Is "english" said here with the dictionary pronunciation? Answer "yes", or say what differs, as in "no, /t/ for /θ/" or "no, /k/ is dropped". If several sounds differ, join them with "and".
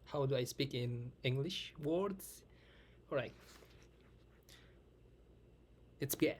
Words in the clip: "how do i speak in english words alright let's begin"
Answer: yes